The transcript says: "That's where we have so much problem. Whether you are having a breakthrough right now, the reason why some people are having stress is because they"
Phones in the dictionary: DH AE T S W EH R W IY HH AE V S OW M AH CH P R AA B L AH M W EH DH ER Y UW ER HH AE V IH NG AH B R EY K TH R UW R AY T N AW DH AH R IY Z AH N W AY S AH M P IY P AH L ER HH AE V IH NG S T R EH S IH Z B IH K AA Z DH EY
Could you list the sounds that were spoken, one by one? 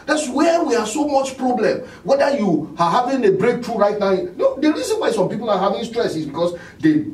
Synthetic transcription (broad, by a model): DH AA T S W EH W IY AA S OW M AH CH P R AA B L AH M W EH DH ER Y UW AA HH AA V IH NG AH B R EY K T R UW R AY T N AW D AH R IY S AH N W AY S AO M P IY P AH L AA HH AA V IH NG S T R EH S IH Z B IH K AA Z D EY